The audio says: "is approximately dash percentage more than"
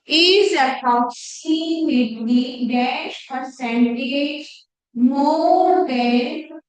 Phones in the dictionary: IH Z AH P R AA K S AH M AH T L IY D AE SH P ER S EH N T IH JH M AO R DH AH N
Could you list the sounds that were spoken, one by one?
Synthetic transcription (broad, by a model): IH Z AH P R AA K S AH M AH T W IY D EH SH P ER S EH N T IH JH M AO R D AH